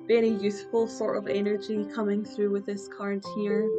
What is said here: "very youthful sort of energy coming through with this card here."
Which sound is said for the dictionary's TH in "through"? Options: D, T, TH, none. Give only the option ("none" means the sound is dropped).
TH